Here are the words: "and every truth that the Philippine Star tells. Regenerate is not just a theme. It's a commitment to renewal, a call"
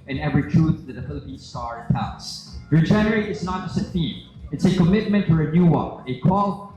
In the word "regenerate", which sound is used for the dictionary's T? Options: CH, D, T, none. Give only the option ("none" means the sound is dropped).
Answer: none